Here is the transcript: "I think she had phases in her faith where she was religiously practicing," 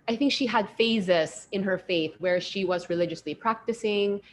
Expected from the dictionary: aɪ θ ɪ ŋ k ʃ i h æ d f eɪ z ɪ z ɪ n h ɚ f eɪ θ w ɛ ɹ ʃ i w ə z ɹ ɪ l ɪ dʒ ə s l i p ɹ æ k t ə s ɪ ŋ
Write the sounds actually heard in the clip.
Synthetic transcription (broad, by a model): aɪ θ ɪ ŋ k ʃ i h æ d f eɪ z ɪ s ɪ n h ɚ f eɪ θ w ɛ ɹ ʃ i w ə z ɹ ɪ l ɪ dʒ ə s l i p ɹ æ k t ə s ɪ ŋ